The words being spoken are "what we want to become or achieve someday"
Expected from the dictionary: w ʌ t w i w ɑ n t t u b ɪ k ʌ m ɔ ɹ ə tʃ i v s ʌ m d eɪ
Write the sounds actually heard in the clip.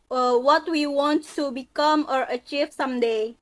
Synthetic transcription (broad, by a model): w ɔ t w i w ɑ n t t u b ɪ k ʌ m ɔ ɹ ə tʃ i v s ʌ m d eɪ